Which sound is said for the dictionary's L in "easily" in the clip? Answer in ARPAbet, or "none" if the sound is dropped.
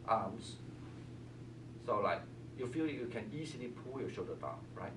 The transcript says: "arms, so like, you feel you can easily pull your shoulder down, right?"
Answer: N